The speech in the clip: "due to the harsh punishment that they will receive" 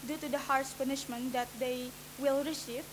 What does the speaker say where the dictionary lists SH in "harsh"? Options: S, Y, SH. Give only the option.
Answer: S